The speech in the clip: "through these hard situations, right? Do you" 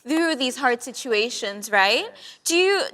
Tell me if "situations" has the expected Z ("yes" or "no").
yes